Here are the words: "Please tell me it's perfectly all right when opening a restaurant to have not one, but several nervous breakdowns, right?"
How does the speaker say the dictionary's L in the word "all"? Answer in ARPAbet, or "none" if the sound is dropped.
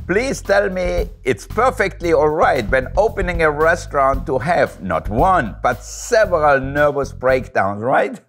L